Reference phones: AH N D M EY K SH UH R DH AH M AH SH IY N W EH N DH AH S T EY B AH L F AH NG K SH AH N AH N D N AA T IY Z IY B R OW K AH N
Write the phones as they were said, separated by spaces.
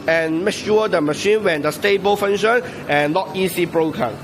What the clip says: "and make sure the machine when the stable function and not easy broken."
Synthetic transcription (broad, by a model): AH N M EY K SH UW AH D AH M AH SH IY N W EH N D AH S T EY B AH L F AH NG SH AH N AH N N AA T IY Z IY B R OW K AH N